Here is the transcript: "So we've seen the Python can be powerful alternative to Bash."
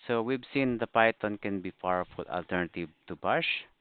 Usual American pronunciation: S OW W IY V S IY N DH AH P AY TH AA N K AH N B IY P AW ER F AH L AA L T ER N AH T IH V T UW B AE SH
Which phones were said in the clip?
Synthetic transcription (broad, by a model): S OW W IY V S IY N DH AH P AY T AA N K AH N B IY F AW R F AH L AA L T ER N AH T IH V T UW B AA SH